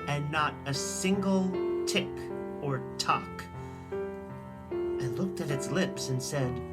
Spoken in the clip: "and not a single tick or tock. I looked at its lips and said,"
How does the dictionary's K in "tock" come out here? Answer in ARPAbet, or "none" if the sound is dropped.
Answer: K